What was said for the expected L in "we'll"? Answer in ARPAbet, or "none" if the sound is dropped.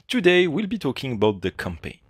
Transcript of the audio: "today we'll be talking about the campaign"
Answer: L